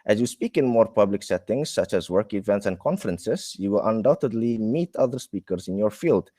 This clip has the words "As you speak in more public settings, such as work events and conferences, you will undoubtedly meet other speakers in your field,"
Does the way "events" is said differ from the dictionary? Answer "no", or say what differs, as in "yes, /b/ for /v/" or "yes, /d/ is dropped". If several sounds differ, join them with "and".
no